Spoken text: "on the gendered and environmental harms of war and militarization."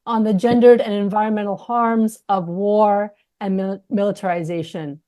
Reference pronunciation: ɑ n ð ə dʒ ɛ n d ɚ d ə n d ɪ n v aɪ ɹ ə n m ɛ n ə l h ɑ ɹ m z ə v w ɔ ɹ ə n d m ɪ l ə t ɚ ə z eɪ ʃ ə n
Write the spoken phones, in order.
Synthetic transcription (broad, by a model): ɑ n ð ə dʒ ɛ n d ɚ d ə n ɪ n v aɪ ɹ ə n m ɛ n l h ɑ ɹ m z ə v w ɔ ɹ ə n m ɪ l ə t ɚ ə z eɪ ʃ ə n